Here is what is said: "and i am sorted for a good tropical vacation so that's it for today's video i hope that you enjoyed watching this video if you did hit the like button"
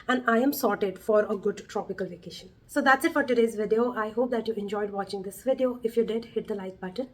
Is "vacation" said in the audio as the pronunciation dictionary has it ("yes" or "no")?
yes